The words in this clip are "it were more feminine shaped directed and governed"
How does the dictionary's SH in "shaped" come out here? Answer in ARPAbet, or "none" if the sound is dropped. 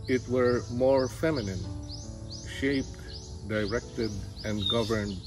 SH